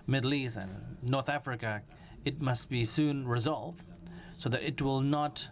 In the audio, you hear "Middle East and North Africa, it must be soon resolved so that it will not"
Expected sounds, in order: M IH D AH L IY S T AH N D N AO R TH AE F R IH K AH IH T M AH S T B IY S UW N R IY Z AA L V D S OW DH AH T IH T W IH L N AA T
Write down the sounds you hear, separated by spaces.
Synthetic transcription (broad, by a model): M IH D L IY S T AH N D N AO R TH AE F R IH K AH IH T M AH S T B IY S UW N R IY Z AA L V D S OW DH AH T IH T W IH L N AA T